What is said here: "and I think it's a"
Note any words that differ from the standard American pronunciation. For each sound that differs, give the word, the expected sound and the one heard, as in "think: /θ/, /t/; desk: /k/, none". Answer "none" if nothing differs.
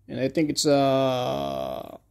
none